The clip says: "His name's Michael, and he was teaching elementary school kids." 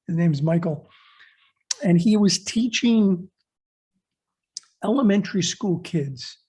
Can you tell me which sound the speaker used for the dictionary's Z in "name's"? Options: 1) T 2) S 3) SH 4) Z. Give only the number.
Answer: 4